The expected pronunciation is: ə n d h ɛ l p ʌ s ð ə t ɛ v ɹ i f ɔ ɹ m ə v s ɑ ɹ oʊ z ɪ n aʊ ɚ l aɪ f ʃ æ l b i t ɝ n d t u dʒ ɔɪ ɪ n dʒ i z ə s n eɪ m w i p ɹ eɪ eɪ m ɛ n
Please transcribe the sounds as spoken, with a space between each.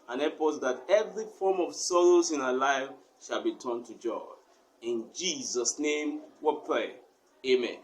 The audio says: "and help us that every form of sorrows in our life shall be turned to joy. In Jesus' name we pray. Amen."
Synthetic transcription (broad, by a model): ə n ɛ p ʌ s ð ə t ɛ v ɹ i f ɔ m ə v s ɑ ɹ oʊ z ɪ n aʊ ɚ l aɪ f ʃ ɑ l b i t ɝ n t u dʒ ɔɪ ɪ n dʒ i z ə s n eɪ m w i p ɹ eɪ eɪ m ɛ n